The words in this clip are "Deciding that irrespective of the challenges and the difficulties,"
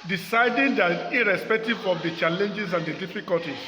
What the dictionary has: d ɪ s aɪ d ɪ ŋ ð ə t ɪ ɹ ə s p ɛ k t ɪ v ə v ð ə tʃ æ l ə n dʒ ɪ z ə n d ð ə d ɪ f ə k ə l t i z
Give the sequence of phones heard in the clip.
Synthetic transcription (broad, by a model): d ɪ s aɪ d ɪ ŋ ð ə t ɪ ɹ ə s p ɛ k t ɪ v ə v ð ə tʃ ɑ l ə n dʒ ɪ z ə n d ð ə d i f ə k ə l t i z